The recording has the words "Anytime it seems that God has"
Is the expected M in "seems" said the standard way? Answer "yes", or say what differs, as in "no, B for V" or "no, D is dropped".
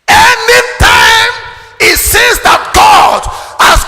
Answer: no, M is dropped